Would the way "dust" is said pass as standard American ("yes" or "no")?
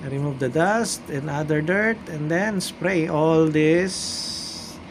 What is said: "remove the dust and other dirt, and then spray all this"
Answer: yes